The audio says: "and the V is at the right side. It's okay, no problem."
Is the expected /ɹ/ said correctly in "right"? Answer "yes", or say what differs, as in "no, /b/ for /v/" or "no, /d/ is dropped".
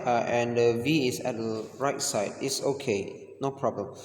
yes